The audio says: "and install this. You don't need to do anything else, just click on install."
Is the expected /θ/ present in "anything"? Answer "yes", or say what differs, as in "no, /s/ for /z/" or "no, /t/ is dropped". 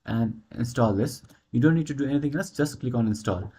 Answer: no, /t/ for /θ/